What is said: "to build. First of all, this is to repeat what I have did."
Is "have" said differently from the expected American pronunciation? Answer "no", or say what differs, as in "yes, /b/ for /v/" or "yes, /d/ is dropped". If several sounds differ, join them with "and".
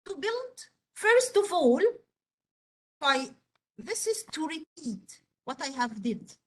no